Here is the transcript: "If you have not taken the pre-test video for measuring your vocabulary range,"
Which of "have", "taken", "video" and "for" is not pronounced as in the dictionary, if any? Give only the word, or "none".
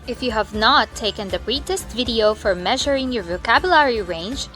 none